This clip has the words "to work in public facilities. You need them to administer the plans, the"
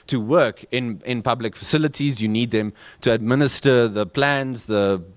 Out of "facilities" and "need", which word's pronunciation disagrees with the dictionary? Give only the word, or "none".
none